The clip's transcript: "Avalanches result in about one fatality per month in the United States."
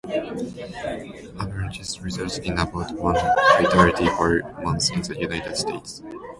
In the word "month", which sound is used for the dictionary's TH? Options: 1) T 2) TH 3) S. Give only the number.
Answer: 3